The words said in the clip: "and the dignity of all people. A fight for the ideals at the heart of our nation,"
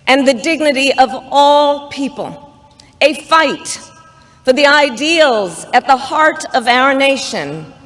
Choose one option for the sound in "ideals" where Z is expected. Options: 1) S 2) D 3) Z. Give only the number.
3